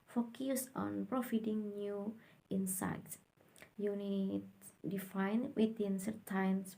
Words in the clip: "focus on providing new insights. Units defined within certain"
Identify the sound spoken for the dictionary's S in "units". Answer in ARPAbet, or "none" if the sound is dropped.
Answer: none